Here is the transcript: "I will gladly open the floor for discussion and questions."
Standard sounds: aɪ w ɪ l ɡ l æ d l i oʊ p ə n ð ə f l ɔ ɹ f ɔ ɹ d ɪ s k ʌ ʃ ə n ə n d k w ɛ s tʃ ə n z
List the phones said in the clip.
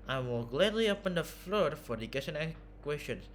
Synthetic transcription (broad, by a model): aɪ w ɪ l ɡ l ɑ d l i oʊ p ə n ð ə f l ɔ ɹ f ɔ ɹ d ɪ k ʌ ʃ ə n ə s k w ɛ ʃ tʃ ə n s